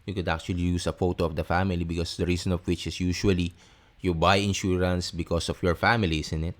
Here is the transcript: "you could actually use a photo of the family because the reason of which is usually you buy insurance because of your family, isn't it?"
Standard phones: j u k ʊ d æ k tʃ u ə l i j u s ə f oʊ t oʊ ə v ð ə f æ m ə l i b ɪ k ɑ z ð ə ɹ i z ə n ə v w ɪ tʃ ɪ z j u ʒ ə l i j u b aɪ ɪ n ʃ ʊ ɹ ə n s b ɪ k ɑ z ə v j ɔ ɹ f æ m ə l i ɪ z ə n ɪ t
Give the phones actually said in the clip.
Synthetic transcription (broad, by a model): j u k ʊ d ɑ k tʃ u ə l i j u s ə f oʊ t oʊ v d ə f æ m ə l i b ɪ k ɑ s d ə ɹ i s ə n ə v w ɪ tʃ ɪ s j u ʃ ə l i j u b aɪ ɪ n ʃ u ɹ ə n s b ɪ k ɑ s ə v j ɔ ɹ f æ m ə l i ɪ s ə n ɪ t